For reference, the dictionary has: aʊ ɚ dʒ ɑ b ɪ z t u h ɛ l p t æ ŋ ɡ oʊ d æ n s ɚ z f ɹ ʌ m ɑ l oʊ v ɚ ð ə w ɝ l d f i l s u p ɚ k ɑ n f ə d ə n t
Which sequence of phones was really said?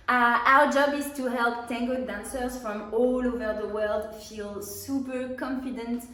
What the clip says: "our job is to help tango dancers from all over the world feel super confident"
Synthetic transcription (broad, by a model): aʊ ɚ dʒ ɑ b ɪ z t u h ɛ l p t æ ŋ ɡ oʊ d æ n s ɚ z f ɹ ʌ m ɑ l oʊ v ɚ ð ə w ɝ l d f i l s u p ɚ k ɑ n f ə d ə n t